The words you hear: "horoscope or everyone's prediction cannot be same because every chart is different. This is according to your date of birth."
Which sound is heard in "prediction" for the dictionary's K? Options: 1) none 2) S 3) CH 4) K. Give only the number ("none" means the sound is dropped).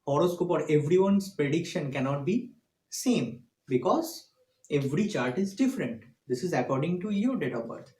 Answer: 4